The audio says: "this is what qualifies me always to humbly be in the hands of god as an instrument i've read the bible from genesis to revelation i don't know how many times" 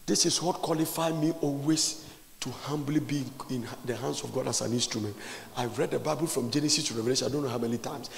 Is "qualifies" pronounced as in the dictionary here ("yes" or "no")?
no